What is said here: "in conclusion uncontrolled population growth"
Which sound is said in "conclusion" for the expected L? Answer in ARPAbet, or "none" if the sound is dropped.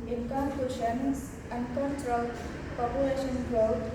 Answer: none